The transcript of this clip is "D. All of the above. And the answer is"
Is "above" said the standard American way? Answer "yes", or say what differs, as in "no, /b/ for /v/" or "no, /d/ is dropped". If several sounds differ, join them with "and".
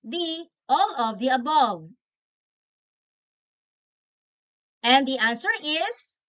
yes